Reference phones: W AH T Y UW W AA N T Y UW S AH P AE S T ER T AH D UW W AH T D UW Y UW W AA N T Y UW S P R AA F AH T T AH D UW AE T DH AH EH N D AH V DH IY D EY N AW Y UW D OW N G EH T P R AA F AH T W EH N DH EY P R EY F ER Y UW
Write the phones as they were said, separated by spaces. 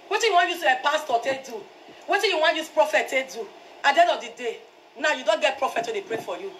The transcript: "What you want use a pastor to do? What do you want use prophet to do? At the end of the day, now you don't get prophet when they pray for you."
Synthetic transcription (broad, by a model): W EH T Y UW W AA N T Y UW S AH P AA S T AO T AH D UW W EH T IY Y UW W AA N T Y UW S P R AA F AH T T AH D UW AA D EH D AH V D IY D EY N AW Y UW D OW N G EH T P R AA F AH T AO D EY P R EY F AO Y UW